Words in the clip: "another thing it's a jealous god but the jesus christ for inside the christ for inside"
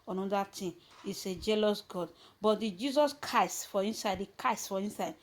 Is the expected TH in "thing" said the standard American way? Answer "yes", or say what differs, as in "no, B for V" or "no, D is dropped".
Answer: no, T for TH